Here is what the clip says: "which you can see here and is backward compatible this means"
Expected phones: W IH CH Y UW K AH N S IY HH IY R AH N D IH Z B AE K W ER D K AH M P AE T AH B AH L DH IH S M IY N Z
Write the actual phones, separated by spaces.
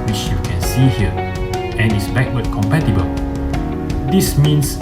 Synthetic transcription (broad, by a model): W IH CH Y UW K AH N S IY HH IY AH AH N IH S B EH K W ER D K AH M P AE T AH B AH L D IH S M IY N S